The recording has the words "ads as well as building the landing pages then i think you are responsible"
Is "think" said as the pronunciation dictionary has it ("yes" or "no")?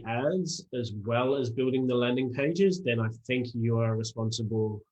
yes